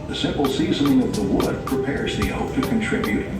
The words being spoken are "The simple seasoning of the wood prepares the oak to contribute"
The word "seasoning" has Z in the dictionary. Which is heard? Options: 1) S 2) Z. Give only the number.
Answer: 2